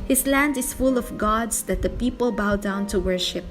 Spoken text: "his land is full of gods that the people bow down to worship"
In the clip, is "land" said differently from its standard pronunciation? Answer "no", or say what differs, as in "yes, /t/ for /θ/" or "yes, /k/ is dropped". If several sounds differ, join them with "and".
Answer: no